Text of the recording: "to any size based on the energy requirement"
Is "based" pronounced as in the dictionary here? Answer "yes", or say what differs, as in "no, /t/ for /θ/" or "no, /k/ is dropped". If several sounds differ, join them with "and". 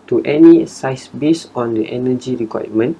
no, /t/ is dropped